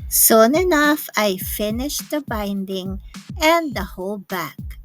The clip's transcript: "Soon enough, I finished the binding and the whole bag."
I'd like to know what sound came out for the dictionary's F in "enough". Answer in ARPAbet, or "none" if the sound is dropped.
F